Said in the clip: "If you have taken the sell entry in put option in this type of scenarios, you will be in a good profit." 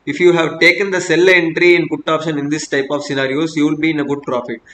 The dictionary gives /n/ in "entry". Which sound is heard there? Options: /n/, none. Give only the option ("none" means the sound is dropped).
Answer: /n/